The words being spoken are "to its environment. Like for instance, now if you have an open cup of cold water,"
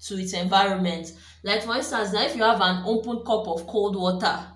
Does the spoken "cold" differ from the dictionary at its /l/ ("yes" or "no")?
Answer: no